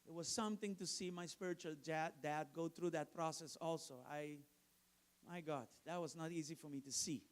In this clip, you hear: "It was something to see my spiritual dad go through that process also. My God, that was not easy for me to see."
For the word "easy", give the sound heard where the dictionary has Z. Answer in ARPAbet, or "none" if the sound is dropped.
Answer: Z